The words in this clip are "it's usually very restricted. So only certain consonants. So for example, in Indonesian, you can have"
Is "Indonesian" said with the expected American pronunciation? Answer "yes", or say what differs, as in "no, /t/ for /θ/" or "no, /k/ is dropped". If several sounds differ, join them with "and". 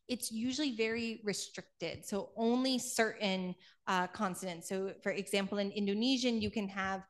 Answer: yes